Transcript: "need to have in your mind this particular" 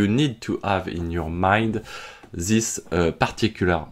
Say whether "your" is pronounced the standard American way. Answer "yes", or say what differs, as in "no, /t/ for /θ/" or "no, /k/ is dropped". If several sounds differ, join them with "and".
yes